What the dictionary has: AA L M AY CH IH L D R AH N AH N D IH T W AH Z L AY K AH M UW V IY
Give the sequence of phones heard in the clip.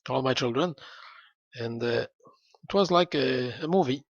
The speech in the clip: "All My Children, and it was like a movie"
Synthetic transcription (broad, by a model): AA L M AY CH IH L D R AH N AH N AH IH T W AH Z L AY K AH M UW V IY